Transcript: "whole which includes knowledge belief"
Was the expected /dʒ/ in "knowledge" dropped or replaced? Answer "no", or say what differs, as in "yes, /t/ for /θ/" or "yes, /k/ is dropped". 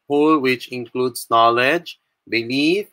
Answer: no